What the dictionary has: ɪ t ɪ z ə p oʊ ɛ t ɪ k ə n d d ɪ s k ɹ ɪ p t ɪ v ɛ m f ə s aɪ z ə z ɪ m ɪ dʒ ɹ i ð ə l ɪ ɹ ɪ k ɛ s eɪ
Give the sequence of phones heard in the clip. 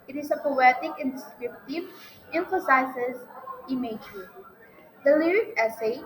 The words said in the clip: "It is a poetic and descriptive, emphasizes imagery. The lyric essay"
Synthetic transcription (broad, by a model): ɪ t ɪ s ə p oʊ ɛ t ɪ k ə n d d ɪ s k ɹ ɪ p t ɪ v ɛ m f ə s aɪ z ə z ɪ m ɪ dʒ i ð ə l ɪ ɹ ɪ k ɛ s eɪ